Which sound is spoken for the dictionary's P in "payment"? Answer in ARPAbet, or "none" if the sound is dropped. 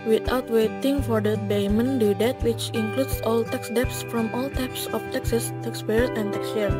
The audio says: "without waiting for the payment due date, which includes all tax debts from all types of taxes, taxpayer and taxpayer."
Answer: B